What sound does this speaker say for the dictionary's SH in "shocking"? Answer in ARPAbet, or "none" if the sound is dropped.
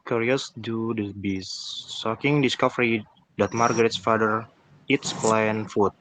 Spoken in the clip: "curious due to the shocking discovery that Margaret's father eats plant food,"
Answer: S